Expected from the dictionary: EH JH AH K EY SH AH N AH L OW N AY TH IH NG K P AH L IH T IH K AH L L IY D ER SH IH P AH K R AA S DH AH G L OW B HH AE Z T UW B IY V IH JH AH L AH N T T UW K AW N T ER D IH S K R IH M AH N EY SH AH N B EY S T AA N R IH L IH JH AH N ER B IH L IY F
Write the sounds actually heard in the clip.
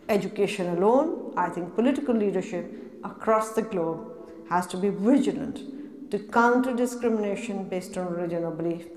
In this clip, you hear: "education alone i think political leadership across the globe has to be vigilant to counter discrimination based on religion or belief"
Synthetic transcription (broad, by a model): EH JH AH K EY SH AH N AH L OW N AY T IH NG K P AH L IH T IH K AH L L IY D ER SH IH P AH K R AA S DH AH G L OW B HH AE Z T UW B IY V IH JH AH L AH N T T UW K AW N T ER D IH S K R IH M AH N EY SH AH N B EY S T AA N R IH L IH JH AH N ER B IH L IY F